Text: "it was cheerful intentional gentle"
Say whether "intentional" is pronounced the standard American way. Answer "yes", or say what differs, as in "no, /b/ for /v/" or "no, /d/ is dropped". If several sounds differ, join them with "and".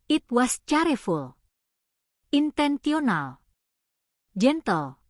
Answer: no, /s/ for /ʃ/